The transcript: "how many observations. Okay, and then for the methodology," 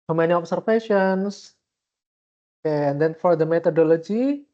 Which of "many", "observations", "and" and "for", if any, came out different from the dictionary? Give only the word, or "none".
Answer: observations